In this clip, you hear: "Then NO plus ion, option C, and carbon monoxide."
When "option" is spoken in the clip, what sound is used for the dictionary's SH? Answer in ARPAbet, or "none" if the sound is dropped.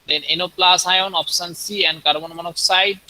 S